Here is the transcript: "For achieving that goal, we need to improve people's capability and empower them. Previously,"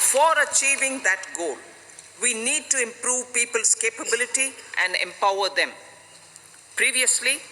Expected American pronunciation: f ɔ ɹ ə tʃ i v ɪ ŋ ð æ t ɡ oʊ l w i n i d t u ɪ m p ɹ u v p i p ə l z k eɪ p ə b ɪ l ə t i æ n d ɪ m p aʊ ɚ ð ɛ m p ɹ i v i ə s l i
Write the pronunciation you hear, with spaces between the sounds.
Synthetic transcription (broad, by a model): f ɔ ɹ ə tʃ i v ɪ ŋ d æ t ɡ oʊ l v i n i d t u ɪ m p ɹ u v p i p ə l s k eɪ p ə b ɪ l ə t i æ n d ɪ m p aʊ ɚ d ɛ m p ɹ i v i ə s l i